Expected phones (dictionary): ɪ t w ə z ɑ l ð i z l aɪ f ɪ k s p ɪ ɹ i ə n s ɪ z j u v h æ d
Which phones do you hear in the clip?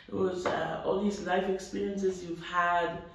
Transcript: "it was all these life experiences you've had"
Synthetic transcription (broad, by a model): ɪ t w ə z ɑ l ð i z l aɪ f ɪ k s p ɪ ɹ i ə n s ɪ z j u v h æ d